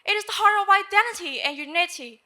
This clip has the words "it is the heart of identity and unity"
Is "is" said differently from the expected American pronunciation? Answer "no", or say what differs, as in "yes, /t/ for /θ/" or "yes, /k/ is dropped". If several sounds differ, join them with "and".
no